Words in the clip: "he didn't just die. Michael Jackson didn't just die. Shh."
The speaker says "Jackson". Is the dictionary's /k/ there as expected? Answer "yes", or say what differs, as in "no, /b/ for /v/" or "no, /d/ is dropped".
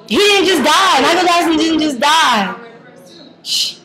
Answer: no, /k/ is dropped